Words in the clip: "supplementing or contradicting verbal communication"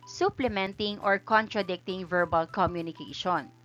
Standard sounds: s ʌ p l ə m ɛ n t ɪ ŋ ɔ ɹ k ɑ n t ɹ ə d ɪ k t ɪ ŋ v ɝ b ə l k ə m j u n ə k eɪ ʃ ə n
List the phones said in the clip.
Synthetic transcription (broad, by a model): s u p l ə m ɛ n t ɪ ŋ ɔ ɹ k ɑ n t ɹ ə d ɪ k t ɪ ŋ v ɝ b ə l k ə m j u n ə k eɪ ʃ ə n